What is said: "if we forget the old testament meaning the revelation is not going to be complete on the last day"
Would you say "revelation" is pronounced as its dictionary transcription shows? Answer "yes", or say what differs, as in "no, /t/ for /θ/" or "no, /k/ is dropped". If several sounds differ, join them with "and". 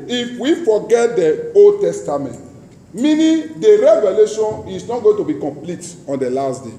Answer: yes